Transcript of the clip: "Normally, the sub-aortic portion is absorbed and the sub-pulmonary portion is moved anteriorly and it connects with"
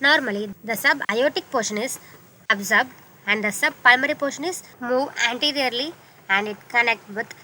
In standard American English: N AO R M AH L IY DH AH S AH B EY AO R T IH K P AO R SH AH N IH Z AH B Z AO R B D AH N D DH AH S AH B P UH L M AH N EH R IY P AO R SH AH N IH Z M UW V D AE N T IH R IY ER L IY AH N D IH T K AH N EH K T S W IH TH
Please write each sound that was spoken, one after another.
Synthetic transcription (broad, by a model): N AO R M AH L IY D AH S AH B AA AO T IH K P AO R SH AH N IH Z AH B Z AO R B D AH N D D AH S AH B P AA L M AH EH R IY P AO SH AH N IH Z M UW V AE N T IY R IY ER L IY AH N D IH T K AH N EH K T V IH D